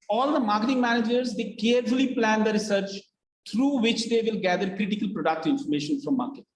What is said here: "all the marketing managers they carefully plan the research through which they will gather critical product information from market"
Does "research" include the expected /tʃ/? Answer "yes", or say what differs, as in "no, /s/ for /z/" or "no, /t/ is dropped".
yes